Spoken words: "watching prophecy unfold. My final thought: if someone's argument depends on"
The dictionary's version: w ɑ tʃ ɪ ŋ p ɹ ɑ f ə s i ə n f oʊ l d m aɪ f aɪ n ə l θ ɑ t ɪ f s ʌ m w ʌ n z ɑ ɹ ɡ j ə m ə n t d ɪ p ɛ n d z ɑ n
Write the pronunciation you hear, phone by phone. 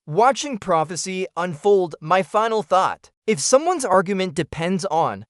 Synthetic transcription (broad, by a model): w ɑ tʃ ɪ ŋ p ɹ ɑ f ə s i ə n f oʊ l d m aɪ f aɪ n l θ ɑ t ɪ f s ʌ m w ʌ n z ɑ ɹ ɡ j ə m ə n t d ɪ p ɛ n d z n